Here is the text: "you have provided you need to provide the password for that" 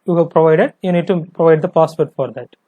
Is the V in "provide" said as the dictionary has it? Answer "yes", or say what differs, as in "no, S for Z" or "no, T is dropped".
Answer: yes